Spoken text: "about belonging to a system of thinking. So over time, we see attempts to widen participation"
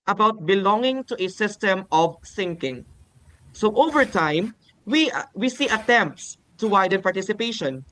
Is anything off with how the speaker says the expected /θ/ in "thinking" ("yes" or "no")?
yes